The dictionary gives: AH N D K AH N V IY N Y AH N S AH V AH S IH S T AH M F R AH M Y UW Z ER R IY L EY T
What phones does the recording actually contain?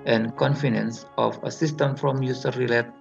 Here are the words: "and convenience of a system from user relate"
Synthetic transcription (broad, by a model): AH N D K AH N F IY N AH N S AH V AH S IH S T AH M F R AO M Y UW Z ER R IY L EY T